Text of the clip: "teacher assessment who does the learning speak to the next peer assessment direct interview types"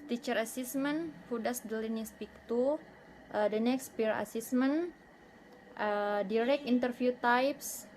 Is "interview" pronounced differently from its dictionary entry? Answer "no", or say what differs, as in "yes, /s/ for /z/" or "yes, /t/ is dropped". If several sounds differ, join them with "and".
yes, /f/ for /v/